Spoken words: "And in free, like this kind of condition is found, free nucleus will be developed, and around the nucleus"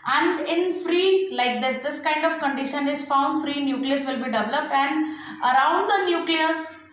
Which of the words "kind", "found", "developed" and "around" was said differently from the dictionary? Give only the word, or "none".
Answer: none